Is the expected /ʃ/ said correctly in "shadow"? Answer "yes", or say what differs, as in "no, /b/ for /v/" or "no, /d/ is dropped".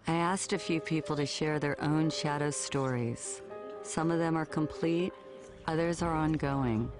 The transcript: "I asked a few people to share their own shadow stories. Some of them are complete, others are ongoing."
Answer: yes